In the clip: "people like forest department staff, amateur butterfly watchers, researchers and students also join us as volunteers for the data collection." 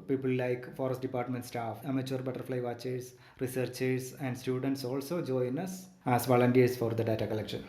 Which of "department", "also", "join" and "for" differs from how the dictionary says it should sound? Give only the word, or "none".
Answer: none